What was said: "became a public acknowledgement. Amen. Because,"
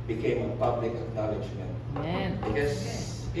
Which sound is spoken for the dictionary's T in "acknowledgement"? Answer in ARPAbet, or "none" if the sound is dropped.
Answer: none